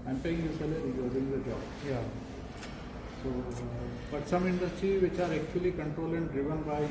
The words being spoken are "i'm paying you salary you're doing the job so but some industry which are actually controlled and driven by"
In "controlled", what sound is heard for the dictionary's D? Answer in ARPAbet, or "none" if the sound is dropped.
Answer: none